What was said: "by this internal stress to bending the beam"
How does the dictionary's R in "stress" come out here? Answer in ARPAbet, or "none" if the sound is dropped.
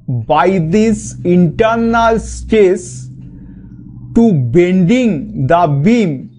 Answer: none